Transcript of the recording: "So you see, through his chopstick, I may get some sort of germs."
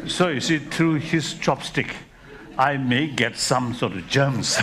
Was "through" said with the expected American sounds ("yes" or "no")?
no